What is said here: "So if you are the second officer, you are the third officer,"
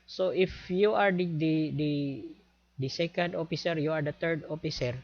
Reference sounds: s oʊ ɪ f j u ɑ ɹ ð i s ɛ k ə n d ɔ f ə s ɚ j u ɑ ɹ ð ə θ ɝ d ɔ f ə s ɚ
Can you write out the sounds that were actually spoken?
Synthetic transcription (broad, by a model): s oʊ ɪ f j u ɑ ɹ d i s ɛ k ə n d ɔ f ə s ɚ j u ɑ ɹ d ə t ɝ d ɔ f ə s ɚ